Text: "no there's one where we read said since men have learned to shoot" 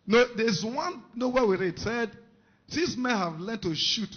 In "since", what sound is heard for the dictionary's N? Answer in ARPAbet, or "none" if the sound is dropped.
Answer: none